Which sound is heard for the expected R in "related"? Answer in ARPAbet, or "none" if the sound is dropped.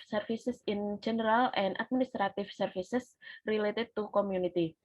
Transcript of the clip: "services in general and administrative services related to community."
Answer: R